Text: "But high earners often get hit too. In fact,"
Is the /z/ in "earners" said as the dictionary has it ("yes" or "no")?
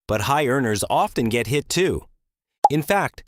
yes